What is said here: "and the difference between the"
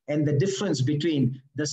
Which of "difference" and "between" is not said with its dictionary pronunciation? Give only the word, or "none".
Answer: none